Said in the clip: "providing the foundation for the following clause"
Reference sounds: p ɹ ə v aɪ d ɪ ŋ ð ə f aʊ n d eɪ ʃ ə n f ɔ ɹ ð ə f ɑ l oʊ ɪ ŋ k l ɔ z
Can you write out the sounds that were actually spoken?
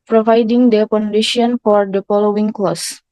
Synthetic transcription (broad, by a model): p ɹ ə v aɪ d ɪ ŋ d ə p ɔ n d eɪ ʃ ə n f ɔ ɹ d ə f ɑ l oʊ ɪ ŋ k l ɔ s